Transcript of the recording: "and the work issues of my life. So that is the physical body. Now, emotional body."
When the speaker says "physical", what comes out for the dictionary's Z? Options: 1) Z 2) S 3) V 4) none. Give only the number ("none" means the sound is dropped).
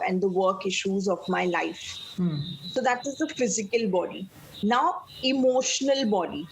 1